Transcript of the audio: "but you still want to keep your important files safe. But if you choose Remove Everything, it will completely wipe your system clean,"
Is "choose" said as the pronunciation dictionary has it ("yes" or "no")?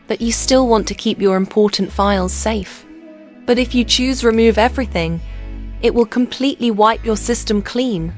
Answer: yes